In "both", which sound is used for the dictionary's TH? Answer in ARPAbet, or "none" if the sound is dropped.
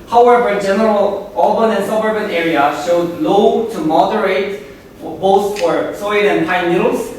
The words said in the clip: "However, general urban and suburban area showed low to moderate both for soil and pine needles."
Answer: S